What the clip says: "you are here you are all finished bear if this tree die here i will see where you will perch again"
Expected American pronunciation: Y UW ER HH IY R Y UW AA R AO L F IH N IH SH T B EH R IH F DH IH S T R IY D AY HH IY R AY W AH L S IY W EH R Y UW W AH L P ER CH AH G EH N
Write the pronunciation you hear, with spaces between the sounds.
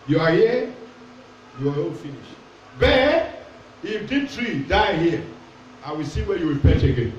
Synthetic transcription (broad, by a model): Y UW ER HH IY Y UW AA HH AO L F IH N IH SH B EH IH F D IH T R IY D AY HH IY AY W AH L S IY W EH Y UW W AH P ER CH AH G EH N